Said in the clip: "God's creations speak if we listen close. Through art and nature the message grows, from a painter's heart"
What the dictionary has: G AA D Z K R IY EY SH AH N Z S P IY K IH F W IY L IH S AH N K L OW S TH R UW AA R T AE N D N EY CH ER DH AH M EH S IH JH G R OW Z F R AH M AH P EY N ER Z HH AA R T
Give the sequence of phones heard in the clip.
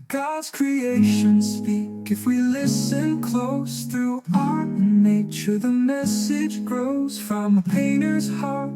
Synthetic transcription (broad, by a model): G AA D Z K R IY EY SH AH N S P IY K IH F W IY L IH S AH N K L OW S TH R UW AA R T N N EY CH ER DH AH M EH S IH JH G R OW Z F R AH M AH P EY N ER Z HH AA R T